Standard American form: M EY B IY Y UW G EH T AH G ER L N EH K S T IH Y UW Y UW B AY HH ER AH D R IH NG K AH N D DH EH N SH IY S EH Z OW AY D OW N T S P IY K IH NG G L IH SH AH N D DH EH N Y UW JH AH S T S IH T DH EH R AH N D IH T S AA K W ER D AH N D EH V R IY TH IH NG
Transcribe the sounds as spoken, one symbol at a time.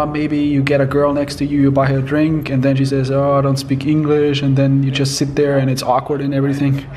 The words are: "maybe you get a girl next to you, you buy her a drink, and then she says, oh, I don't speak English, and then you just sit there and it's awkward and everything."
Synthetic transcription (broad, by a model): M EY B IY Y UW G EH T AH G ER L N EH K S T IH Y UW Y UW B AY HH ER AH D R IH NG K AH N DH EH N SH IY S EH Z OW AY D OW N T S P IY K IH NG G L IH SH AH N DH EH N Y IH JH AH S T S IH T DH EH R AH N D IH T S AA K W ER D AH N EH V R IY TH IH NG